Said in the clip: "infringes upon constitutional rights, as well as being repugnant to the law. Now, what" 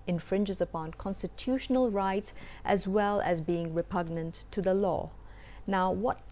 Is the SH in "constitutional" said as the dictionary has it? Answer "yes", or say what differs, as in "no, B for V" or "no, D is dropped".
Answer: yes